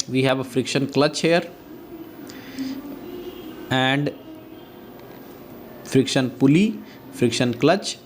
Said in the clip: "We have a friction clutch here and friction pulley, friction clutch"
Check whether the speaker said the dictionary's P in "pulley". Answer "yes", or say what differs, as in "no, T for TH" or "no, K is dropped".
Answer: yes